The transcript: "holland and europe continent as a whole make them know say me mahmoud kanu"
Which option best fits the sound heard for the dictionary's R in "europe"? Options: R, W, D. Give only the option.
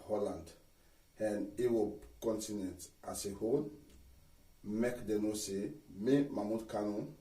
W